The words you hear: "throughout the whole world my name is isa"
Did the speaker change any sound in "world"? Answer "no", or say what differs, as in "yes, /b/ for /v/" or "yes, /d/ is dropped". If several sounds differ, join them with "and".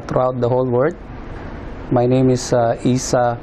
yes, /l/ is dropped